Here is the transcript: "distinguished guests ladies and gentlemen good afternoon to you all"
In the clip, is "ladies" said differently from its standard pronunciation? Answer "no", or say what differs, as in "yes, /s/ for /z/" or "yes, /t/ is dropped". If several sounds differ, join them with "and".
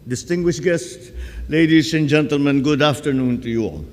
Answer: yes, /s/ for /z/